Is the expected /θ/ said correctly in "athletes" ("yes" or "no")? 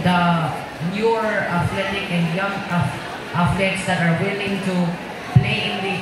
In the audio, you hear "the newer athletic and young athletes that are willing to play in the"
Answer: no